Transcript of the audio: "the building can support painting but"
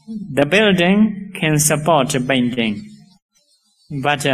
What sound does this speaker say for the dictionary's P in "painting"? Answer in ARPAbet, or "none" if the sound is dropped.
B